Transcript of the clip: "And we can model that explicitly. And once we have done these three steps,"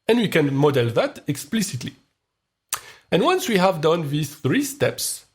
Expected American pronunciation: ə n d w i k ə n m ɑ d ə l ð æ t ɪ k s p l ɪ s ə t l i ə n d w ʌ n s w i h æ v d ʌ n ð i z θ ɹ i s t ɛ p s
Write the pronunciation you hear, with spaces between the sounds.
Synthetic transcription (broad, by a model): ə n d w i k ə n m ɑ d ə l ð æ t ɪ k s p l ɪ s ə t l i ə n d w ʌ n s w i h æ v d ʌ n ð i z θ ɹ i s t ɛ p s